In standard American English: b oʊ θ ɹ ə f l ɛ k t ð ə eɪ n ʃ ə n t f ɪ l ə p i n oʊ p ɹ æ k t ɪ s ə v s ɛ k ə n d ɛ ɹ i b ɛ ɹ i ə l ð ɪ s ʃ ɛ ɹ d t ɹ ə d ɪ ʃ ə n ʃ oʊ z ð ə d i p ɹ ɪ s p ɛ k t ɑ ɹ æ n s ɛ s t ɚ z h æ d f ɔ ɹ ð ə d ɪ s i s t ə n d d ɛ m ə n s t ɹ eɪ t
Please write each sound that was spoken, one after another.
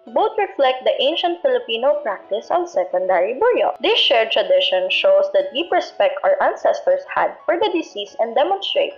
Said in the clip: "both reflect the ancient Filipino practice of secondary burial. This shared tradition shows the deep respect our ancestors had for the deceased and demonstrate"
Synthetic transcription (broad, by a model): b oʊ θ ɹ ə f l ɛ k t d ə eɪ n ʃ ə n t f ɪ l ə p i n oʊ p ɹ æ k t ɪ s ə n s ɛ k ə n d ɛ ɹ i b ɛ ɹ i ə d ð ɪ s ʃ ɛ ɹ t ɹ ə d ɪ ʃ ə n ʃ oʊ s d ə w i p ɹ ɪ s p ɛ k t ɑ ɹ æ n s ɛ s t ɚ s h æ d f ɔ ɹ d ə d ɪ s i s ə n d d ɛ m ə n s t ɹ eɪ t